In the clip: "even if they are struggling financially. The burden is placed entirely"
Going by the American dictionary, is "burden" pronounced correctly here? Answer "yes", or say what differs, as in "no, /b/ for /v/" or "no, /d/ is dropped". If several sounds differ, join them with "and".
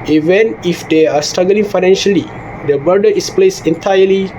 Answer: no, /n/ is dropped